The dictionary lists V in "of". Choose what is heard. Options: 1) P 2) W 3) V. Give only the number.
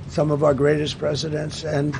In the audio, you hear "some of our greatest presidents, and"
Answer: 3